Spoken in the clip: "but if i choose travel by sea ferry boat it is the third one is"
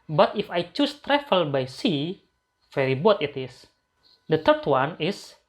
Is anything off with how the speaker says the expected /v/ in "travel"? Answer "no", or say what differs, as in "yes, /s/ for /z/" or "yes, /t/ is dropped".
yes, /f/ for /v/